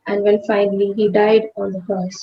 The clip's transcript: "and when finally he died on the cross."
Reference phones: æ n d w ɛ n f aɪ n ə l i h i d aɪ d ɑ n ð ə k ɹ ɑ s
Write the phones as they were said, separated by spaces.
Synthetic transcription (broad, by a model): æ n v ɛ l f aɪ n ə l i h i d aɪ d ɑ n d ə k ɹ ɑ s